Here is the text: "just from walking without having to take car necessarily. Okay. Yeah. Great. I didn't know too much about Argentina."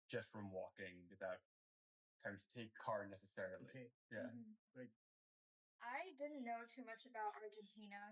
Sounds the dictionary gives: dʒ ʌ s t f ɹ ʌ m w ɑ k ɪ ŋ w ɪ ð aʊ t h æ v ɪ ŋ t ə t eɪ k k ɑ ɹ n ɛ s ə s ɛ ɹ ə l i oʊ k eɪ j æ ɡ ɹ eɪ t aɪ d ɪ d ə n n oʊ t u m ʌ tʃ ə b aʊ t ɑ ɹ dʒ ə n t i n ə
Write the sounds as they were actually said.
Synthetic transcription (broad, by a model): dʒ ʌ s t f ɹ ʌ m w ɑ k ɪ ŋ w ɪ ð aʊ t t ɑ ɪ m t ə t eɪ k k ɑ ɹ n ɛ s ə s ɛ ɹ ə l i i j æ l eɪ t aɪ d ɪ d n n oʊ t u m ʌ tʃ ə b aʊ t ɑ ɹ dʒ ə n t i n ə